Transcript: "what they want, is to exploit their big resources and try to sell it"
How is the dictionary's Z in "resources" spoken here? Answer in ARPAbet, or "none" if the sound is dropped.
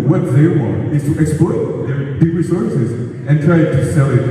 Z